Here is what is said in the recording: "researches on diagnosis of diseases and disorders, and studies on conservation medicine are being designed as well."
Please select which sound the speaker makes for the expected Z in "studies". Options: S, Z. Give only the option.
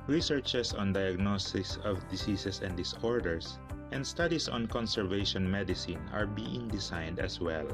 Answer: S